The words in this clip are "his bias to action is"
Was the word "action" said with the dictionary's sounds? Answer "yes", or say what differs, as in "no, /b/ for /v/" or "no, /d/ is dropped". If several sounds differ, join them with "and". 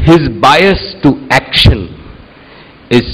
yes